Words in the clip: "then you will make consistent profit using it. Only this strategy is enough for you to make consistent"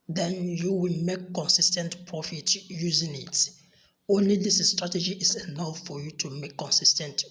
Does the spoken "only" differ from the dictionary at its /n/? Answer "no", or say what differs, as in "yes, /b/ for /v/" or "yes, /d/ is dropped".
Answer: no